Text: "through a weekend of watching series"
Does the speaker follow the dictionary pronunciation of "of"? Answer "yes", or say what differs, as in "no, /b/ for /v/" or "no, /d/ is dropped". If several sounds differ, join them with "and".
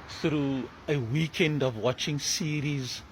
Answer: yes